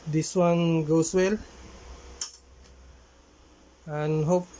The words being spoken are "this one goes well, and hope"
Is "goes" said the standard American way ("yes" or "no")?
no